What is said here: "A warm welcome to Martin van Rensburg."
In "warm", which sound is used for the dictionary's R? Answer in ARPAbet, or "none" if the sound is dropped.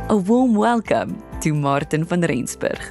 L